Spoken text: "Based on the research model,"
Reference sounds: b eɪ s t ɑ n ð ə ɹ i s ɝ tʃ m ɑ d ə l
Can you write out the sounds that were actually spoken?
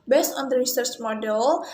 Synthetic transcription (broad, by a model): b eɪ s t ɑ n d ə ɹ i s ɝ s m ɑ d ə l